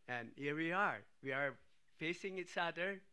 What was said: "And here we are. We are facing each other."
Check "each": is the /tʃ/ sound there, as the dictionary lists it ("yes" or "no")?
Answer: no